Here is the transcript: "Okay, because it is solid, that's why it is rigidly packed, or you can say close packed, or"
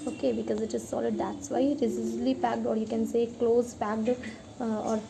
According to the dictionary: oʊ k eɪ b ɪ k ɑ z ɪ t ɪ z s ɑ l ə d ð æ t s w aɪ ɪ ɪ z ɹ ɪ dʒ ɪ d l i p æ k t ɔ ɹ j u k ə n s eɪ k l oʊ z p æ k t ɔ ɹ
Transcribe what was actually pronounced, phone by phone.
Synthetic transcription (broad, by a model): oʊ k eɪ b ɪ k ɑ z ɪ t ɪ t s ɑ l ə d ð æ t s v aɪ ɪ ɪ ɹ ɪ z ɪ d l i p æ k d ɔ ɹ j u k ə n s eɪ k l oʊ z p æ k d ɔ ɹ